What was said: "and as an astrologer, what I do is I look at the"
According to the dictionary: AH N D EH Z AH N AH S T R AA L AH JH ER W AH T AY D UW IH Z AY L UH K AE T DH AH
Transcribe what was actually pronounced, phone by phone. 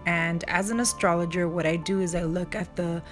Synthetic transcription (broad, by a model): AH N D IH Z AH N AH S T R AA L AH JH ER W AH T AY D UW IH Z AY L UH K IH T DH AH